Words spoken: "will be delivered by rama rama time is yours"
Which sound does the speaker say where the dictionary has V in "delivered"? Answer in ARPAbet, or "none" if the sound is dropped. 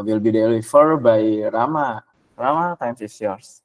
F